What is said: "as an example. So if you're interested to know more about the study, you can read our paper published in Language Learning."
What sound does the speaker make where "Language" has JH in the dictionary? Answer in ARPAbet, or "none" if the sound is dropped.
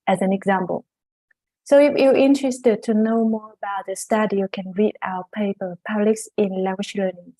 SH